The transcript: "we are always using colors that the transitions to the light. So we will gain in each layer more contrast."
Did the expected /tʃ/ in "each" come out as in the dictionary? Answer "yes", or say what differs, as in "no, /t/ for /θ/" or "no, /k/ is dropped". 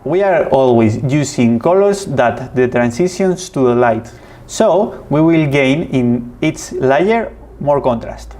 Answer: no, /s/ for /tʃ/